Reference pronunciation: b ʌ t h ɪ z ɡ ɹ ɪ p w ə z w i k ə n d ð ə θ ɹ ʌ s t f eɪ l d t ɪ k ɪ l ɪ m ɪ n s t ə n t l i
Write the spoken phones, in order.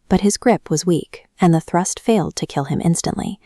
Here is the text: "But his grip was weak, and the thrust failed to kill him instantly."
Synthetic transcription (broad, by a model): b ʌ t h ɪ z ɡ ɹ ɪ p w ə z w i k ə n ð ə θ ɹ ʌ s t f eɪ l d t ɪ k ɪ l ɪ m ɪ n s t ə n t l i